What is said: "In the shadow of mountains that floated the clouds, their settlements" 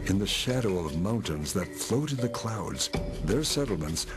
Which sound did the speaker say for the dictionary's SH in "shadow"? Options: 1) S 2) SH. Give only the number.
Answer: 2